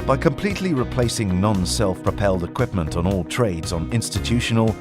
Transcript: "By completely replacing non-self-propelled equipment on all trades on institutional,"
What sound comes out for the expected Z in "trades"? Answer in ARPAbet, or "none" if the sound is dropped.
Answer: Z